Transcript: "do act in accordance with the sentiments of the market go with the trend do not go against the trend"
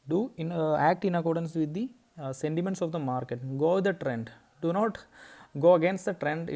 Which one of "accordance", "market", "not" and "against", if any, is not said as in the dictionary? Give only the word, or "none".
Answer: none